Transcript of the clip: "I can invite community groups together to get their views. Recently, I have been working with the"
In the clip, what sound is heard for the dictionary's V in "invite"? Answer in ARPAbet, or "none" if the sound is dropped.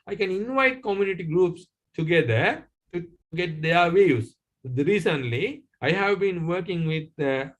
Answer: V